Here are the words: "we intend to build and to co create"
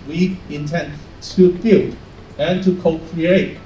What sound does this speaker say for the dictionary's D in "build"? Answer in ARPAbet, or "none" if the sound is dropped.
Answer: none